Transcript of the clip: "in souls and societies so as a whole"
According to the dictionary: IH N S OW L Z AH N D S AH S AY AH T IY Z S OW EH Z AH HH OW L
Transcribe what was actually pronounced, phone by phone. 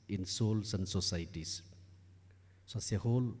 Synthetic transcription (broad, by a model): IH N S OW L S AH N D S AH S AY T IY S S OW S AH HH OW L